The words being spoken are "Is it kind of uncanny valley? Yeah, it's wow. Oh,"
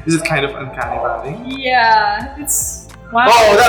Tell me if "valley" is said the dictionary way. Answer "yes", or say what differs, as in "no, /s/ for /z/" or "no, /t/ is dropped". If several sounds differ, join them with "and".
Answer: no, /b/ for /v/